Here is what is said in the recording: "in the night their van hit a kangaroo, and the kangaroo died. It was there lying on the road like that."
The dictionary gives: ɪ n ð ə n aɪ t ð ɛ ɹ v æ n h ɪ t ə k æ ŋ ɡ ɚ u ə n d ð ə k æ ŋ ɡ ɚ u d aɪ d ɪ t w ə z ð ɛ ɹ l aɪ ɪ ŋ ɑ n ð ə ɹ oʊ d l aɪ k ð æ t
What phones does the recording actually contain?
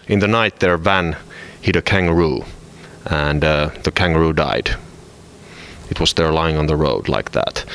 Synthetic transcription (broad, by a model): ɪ n ð ə n aɪ t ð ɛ ɹ v æ n h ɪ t ə k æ ŋ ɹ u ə n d ð ə k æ ŋ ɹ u d aɪ d ɪ t w ə z ð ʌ ɹ l aɪ ɪ ŋ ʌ n ð ə ɹ oʊ d l aɪ k ð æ t